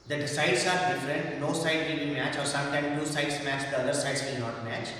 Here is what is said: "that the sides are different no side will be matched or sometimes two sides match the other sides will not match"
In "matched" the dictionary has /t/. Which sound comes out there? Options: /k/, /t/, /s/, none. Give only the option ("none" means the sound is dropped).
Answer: none